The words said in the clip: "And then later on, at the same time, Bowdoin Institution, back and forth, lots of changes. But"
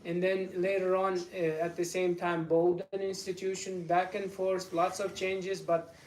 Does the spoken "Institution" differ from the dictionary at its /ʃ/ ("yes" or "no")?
no